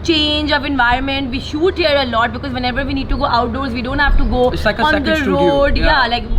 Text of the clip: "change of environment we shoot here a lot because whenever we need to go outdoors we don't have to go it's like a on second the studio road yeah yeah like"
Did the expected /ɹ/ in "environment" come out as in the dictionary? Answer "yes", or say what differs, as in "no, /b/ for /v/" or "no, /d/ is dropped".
yes